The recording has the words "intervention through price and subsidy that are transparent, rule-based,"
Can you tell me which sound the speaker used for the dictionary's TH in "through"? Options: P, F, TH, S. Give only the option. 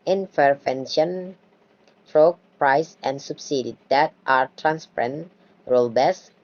F